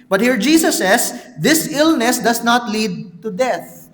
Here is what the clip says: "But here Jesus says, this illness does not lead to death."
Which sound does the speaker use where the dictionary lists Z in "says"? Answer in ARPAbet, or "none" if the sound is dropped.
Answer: S